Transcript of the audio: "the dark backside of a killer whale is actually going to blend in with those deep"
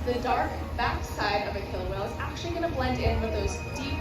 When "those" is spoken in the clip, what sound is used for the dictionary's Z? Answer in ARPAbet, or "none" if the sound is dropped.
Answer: Z